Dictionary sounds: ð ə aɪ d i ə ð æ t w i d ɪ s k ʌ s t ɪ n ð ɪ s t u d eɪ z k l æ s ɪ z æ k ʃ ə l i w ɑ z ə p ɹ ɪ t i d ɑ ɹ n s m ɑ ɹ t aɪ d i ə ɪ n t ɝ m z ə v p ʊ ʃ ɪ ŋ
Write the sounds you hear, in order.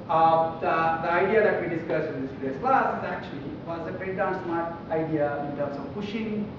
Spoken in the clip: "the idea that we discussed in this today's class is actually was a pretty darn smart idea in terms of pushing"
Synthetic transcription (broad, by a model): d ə aɪ d i ə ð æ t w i d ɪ s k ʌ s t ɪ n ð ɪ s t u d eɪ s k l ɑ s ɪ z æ k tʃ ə l i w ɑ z ə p ɛ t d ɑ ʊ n s m ɑ ɹ t aɪ d i ə ɪ n t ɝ m s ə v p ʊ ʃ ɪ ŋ